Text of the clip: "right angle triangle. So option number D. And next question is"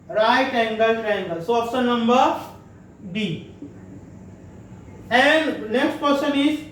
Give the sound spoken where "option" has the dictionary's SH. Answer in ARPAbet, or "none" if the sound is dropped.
S